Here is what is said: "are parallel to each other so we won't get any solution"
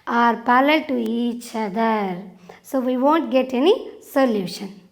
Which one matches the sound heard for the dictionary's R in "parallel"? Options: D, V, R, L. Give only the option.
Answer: L